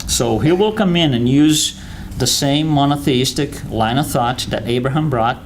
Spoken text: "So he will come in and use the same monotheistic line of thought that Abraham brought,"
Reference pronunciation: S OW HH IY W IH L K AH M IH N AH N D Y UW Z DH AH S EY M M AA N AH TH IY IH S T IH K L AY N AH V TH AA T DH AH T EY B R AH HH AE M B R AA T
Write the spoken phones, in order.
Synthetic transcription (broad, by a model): S OW HH IY W IH L K AH M IH N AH N Y UW Z DH AH S EY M M AA N AH TH IY IH S T IH K L AY N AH TH AA T DH AH T EY B R AH HH AE M B R AA T